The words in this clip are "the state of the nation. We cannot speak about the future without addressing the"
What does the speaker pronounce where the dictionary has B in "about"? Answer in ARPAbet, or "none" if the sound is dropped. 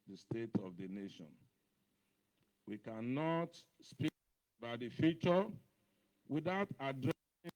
none